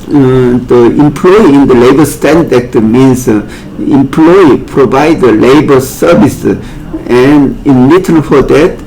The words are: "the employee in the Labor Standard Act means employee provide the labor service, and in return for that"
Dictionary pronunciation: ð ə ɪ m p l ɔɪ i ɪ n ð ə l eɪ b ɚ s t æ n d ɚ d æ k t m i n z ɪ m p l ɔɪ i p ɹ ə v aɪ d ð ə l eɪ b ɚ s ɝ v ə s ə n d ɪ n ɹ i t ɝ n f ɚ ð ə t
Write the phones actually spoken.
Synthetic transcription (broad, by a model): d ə ɪ m p l ɔɪ i ɪ n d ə l eɪ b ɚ s t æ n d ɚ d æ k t m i n s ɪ m p l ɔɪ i p ɹ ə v aɪ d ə l eɪ b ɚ s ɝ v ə s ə n ɪ n l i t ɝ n f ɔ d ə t